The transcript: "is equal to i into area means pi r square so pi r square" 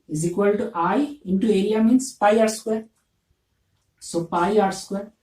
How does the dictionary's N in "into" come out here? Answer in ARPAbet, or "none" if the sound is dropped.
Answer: N